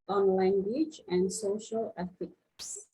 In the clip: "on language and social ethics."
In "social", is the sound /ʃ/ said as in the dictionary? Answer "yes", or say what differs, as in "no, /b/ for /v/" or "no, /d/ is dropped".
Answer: yes